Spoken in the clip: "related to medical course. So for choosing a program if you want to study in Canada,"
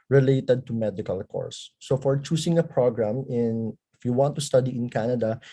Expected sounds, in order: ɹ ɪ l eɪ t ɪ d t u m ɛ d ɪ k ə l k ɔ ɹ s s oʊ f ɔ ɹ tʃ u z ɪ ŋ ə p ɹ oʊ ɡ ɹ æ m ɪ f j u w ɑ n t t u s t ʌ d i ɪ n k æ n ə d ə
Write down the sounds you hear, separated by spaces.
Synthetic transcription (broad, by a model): ɹ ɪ l eɪ t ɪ d t u m ɛ d ɪ k ə l k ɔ ɹ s s oʊ f ɔ ɹ tʃ u s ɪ ŋ ə p ɹ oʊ ɡ ɹ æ m ɪ f j u w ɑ n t t u s t ʌ d i ɪ n k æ n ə d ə